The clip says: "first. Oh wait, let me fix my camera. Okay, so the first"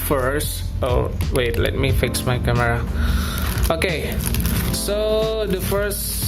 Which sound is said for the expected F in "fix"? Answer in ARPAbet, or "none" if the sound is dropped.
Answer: F